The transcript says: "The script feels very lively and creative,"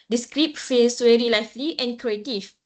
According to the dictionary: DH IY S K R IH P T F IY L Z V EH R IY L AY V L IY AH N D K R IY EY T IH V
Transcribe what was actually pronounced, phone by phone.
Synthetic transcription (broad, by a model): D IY S K R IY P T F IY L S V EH R IY L AY F L IY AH N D K R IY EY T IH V